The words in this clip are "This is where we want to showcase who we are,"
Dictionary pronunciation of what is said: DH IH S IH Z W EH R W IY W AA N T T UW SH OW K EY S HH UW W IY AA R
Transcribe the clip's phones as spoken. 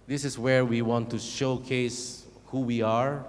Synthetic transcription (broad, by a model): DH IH S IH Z W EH R W IY W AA N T T UW SH OW K EY S HH UW W IY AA R